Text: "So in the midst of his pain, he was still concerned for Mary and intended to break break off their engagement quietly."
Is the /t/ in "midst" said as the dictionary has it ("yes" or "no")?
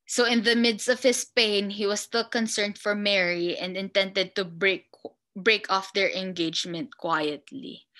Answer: yes